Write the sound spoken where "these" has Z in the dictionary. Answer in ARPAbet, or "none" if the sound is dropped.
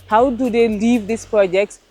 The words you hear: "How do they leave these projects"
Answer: S